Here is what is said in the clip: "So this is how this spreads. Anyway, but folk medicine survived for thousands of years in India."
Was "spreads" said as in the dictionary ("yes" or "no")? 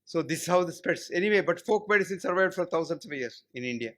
no